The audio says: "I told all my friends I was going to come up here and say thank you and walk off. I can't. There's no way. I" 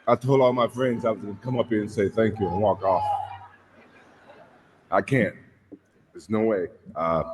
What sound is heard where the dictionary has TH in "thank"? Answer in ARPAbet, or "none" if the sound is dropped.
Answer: TH